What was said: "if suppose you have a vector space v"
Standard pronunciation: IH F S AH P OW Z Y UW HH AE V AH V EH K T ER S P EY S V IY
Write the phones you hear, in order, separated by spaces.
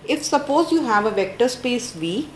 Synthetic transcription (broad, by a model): IH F S AH P OW Z Y UW HH AE V AH V EH K T ER S P EY S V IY